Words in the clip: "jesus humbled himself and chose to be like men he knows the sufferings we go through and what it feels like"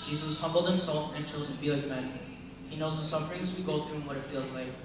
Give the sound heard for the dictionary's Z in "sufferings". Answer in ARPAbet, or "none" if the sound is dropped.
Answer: Z